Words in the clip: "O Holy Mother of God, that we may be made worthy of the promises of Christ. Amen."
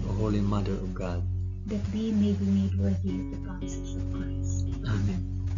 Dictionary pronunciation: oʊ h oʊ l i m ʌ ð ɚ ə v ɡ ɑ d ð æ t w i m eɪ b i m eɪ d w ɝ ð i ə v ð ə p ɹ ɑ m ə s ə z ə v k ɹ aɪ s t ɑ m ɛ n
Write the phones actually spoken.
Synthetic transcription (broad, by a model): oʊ h oʊ l i m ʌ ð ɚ ə v ɡ ɑ d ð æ t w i m eɪ b i m eɪ d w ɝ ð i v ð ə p ɑ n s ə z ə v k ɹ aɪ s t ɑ m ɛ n